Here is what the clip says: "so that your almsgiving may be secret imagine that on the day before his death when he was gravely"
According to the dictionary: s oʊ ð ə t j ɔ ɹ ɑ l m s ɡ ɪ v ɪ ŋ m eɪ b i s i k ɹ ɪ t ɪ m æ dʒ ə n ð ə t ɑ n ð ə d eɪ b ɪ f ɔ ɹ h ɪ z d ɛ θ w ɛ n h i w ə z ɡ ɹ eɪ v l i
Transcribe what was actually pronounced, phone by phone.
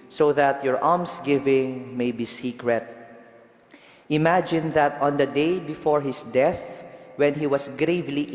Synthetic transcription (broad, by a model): s oʊ ð ə t j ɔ ɹ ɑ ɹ m s ɡ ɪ v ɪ ŋ m eɪ b i s i k ɹ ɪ t ɪ m æ dʒ ə n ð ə t ɑ n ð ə d eɪ b ɪ f ɔ ɹ h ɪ s d ɛ θ w ɛ n h i w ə s ɡ ɹ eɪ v l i